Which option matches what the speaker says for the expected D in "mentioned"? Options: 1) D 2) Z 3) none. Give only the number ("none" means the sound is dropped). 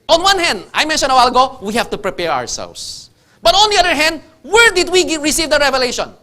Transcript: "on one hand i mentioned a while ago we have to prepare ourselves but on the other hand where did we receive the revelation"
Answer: 3